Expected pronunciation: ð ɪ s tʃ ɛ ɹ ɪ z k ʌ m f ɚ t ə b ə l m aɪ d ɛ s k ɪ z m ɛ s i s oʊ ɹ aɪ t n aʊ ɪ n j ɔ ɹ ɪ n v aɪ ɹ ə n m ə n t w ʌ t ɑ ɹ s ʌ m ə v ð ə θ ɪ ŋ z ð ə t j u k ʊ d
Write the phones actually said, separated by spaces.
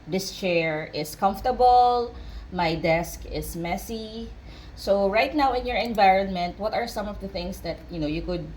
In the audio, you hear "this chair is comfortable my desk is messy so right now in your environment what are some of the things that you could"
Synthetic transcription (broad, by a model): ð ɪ s tʃ ɛ ɹ ɪ s k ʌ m f t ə b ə l m aɪ d ɛ s k ɪ s m ɛ s i s oʊ ɹ aɪ t n aʊ ɪ n j ɔ ɹ ɪ n v aɪ ɹ ə n m ə n t w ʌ t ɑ ɹ s ʌ m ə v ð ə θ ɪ ŋ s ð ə t j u k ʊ d